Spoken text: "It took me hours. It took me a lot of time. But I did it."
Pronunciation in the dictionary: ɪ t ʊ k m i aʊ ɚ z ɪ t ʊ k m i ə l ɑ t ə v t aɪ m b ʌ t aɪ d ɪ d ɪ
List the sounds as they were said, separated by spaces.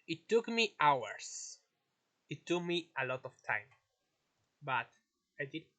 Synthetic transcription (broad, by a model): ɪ t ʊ k m i aʊ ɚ s ɪ t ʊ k m i ə l ɑ t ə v t aɪ m b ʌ t aɪ d ɪ d